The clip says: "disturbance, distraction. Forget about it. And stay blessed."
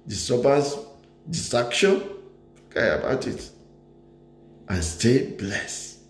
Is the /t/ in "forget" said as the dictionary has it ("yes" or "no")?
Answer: no